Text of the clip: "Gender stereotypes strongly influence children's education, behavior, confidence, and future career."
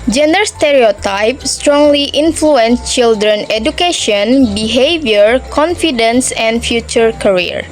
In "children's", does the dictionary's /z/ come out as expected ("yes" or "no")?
no